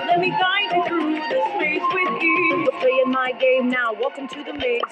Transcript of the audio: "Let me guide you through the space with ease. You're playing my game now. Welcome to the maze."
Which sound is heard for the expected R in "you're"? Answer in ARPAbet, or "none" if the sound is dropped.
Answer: W